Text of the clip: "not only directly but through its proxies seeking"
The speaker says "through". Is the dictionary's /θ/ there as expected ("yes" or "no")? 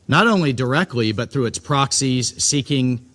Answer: yes